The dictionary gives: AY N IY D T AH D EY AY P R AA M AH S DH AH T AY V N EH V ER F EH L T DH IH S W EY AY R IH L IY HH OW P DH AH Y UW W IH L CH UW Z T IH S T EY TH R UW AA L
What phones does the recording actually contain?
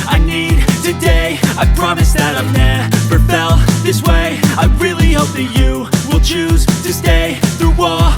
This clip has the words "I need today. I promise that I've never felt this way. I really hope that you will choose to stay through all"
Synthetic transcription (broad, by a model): AY N IY D T AH D EY AY P R AA M AH S DH AH T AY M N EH P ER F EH L DH IH S W EY AY R IH L IY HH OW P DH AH Y UW W IH L CH UW Z T IH S T EY TH R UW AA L